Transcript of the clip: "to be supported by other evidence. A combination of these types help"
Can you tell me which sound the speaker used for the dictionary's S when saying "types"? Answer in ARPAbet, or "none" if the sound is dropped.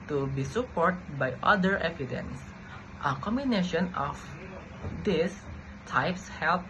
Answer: S